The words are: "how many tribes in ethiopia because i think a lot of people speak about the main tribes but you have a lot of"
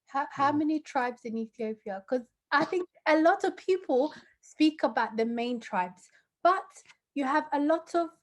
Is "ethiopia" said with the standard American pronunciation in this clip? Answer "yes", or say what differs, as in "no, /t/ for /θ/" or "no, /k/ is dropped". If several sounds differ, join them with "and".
yes